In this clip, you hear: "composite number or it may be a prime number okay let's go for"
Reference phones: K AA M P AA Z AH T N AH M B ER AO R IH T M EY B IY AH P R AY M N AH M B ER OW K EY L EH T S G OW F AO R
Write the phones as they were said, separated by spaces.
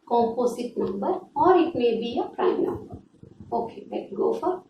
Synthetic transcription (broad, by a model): K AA M P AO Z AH T N AH M B ER AO R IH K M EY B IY AH P R AY M N AH M B ER OW K EY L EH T G OW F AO R